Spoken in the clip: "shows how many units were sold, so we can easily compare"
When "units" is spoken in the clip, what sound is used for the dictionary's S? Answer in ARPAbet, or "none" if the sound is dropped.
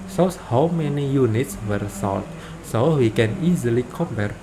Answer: S